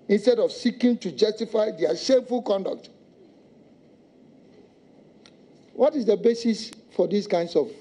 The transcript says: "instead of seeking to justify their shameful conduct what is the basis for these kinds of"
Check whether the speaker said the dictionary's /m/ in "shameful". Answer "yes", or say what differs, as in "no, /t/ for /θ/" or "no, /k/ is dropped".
no, /m/ is dropped